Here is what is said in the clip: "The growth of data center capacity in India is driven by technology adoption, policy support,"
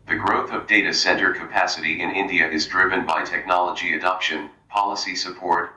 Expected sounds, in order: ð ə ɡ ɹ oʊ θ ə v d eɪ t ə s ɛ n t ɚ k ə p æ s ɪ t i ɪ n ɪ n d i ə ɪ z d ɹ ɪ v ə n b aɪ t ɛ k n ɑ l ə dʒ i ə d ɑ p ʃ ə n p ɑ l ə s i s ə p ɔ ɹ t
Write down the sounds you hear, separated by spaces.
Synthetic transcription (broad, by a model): ð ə ɡ ɹ oʊ θ ə v d eɪ t ə s ɛ n t ɚ k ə p æ s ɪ t i ɪ n ɪ n d i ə ɪ z d ɹ ɪ v ə n b aɪ t ɛ k n ɑ l ə dʒ i ə d ɑ p ʃ ə n p ɑ l ə s i s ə p ɔ ɹ t